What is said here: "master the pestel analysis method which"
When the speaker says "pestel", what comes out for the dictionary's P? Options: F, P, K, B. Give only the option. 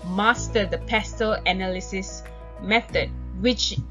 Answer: P